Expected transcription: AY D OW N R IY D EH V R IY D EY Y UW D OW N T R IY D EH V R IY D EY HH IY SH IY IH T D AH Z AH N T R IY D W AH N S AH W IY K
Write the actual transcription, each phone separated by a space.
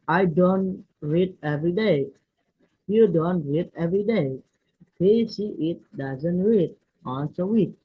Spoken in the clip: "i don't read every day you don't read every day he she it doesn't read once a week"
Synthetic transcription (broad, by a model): AY D OW N R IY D EH V R IY D EY Y UW D OW N T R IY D EH V R IY D EY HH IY S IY IH T D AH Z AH N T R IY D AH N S AH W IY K